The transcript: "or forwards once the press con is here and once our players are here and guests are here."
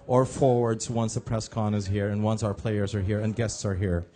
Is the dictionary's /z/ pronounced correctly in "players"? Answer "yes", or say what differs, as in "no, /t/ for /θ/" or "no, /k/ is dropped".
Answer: yes